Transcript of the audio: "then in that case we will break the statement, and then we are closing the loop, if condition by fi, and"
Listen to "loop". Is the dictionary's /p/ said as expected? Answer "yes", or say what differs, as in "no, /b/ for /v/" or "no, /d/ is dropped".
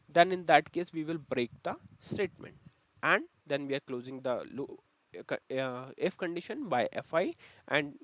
no, /p/ is dropped